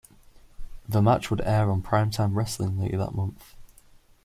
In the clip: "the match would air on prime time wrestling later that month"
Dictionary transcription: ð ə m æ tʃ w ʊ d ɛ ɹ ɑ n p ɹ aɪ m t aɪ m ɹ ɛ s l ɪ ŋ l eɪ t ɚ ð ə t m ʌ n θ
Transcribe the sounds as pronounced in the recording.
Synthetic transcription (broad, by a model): ð ə m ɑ tʃ w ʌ d ɛ ɹ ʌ n p ɹ aɪ m t aɪ m ɹ ɛ s l ɪ ŋ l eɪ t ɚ ð ə t m ʌ n θ